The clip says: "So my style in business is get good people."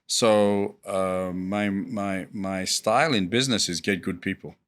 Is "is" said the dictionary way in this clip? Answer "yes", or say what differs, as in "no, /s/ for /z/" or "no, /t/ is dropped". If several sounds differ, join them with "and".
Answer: yes